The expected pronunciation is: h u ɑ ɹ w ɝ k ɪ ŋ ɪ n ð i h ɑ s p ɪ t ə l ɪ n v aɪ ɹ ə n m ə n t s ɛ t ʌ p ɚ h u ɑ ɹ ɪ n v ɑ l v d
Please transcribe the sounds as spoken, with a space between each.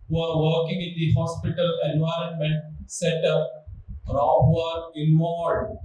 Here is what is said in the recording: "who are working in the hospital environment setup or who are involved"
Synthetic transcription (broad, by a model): h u ɑ ɹ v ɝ k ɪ ŋ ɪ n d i h ɑ s p ɪ t ə l ɪ n v aɪ ɹ ə n m ə n t s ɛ t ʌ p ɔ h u ɑ ɹ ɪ n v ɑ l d